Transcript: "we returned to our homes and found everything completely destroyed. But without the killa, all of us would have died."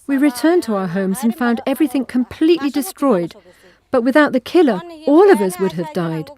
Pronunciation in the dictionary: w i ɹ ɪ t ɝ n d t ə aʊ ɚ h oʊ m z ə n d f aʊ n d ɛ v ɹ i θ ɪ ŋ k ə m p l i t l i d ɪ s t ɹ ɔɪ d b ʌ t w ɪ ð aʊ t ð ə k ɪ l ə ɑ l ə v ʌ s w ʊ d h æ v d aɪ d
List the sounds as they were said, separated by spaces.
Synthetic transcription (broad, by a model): w i ɹ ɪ t ɝ n t ə aʊ ɚ h oʊ m z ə n f aʊ n d ɛ v ɹ i θ ɪ ŋ k ə m p l i t l i d ɪ s t ɹ ɔɪ d b ʌ t w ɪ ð aʊ t ð ə k ɪ l ə ɑ l ə v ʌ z w ʊ d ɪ v d aɪ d